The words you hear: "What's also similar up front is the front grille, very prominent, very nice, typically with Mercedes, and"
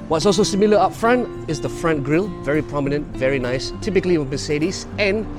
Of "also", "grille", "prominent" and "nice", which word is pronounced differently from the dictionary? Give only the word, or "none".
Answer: none